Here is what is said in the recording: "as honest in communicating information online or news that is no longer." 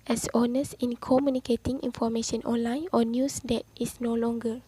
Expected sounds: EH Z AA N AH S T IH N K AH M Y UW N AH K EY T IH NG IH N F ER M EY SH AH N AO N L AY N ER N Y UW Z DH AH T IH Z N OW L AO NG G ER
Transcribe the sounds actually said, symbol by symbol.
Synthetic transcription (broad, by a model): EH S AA N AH S IH N K AH M Y UW N AH K EY T IH NG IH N F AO M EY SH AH N AO N L AY N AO N Y UW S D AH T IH S N OW L AO NG G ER